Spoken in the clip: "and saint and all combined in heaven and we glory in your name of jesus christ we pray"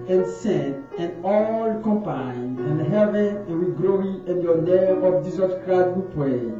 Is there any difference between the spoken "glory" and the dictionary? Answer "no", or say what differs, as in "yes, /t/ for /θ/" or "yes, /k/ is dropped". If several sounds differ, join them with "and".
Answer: yes, /ɹ/ is dropped